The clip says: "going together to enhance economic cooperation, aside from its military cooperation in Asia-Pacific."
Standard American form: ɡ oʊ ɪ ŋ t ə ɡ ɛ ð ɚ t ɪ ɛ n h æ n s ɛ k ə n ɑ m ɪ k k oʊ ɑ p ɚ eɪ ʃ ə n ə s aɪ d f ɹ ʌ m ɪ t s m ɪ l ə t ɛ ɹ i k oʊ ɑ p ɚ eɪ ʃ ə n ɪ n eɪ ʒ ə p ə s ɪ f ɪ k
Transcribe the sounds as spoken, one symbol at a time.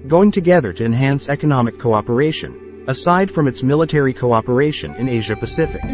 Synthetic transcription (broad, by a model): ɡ oʊ ɪ ŋ t ə ɡ ɛ ð ɚ t ɪ ɛ n h æ n s ɛ k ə n ɑ m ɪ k k oʊ ɑ p ɚ eɪ ʃ ə n ə s aɪ d f ɹ ʌ m ɪ t s m ɪ l ə t ɛ ɹ i k oʊ ɑ p ɚ eɪ ʃ ə n ɪ n eɪ ʒ ə p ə s ɪ f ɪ k